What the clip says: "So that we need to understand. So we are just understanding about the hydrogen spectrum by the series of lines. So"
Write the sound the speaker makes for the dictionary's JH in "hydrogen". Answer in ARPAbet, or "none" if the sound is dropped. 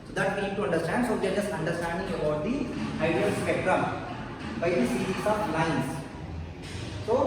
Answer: none